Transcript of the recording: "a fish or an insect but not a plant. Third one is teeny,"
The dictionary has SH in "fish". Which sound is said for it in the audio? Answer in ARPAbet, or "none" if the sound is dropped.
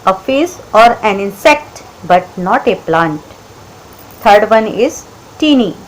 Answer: S